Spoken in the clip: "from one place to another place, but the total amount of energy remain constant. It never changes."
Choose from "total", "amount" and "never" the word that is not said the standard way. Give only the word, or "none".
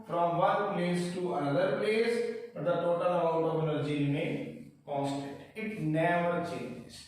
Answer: amount